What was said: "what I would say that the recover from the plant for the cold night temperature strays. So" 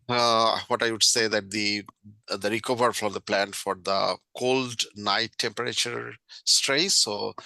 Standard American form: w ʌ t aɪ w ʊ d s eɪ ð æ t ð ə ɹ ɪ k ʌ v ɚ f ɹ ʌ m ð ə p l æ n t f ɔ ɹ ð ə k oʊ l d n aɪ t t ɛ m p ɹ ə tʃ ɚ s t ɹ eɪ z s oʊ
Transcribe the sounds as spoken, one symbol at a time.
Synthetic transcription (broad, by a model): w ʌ t aɪ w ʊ d s eɪ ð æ t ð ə ɹ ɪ k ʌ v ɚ f ɹ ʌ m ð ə p l æ n t f ɔ ɹ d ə k oʊ l d n aɪ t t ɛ m p ɹ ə tʃ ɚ s t ɹ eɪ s oʊ